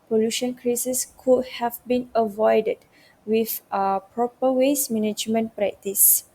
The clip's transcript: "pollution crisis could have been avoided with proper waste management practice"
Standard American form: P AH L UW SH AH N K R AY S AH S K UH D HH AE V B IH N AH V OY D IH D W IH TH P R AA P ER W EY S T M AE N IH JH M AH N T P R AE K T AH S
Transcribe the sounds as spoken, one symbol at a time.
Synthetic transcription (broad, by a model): P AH L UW SH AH N K R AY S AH S K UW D HH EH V B IH N AH V OY D IH D W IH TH P R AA P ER W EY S M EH N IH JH M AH N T P R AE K T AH S